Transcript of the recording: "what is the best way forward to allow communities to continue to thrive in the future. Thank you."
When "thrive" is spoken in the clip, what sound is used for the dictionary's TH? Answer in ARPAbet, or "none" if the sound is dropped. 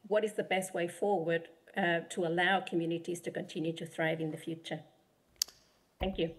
TH